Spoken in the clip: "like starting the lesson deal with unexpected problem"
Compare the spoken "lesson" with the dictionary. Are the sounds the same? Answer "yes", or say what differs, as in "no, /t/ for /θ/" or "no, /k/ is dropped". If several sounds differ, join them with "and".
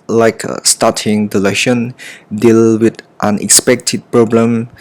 no, /ʃ/ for /s/